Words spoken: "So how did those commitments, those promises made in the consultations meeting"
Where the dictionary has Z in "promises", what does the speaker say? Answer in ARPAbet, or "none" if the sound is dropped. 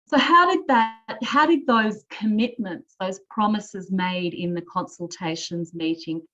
Z